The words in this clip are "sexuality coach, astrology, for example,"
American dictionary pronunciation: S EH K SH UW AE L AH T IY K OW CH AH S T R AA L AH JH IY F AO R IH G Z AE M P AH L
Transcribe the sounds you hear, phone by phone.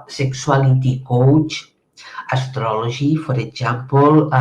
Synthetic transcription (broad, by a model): S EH K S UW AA L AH T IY K OW CH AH S T R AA L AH ZH IY F AO R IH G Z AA M P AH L